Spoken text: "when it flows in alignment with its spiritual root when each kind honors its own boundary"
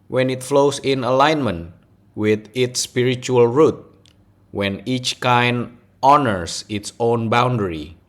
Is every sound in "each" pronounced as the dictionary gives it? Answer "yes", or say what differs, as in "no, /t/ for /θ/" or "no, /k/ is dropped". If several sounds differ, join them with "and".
yes